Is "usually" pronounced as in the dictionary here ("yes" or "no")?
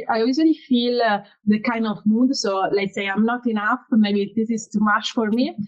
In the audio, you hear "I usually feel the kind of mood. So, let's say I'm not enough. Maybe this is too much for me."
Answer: no